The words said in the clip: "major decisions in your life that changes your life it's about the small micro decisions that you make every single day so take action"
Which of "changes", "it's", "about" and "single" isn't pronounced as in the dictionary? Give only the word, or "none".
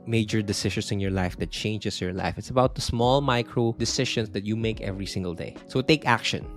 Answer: changes